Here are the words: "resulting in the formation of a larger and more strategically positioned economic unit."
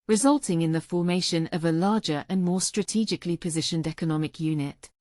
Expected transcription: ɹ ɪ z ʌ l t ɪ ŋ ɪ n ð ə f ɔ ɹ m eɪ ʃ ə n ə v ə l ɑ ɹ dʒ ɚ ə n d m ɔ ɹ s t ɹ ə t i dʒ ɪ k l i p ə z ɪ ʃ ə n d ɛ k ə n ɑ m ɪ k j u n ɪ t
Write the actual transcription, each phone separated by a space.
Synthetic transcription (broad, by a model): ɹ ɪ z ʌ l t ɪ ŋ ɪ n ð ə f ɔ m eɪ ʃ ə n ə v ə l ɑ dʒ ɚ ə n m ɔ s t ɹ ə t i dʒ ɪ k l i p ə z ɪ ʃ ə n d ɛ k ə n ɑ m ɪ k j u n ɪ t